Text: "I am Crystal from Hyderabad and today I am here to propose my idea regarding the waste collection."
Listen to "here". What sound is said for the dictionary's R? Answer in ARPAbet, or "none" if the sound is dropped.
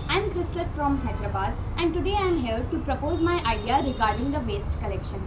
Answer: L